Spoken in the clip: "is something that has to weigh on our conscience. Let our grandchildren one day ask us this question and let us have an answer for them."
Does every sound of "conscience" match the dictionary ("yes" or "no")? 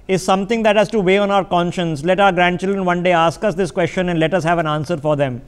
yes